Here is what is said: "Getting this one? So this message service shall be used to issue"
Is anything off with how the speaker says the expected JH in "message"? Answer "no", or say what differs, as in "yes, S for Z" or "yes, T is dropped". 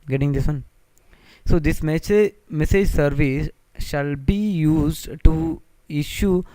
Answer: no